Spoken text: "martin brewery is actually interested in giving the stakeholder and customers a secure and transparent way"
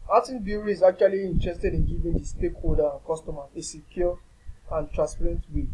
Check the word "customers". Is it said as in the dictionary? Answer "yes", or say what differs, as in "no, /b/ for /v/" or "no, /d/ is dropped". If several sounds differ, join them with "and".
no, /z/ is dropped